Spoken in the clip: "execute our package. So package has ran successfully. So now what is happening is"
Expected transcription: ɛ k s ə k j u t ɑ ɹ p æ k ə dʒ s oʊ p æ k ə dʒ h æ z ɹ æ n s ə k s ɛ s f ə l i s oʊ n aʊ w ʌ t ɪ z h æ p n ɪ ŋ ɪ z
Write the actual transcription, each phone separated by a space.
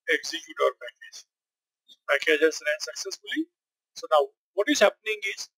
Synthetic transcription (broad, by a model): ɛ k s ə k j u t ɑ ɹ p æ k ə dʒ s oʊ p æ k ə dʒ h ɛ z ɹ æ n s ə k s ɛ s f ə l i s oʊ n aʊ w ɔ t ɪ z h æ p n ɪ ŋ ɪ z